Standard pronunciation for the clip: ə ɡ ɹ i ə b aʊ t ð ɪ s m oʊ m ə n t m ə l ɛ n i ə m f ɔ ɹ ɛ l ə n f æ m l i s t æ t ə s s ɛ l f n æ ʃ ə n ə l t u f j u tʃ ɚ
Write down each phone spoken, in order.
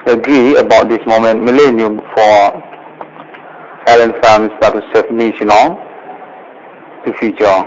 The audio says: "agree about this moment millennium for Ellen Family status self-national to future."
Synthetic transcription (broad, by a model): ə ɡ ɹ i ə b aʊ t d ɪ s m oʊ m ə n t m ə l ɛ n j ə f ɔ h ɛ l ə n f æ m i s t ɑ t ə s s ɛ f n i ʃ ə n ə t u f j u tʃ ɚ